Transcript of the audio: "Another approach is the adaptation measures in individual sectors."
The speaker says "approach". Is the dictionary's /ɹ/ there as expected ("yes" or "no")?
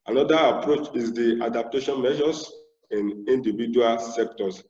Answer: yes